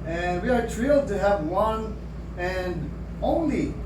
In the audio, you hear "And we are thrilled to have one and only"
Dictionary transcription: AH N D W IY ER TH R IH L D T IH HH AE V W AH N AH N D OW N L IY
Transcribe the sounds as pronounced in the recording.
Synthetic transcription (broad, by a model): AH N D W IY ER T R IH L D T IH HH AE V W AH N AH N D OW N L IY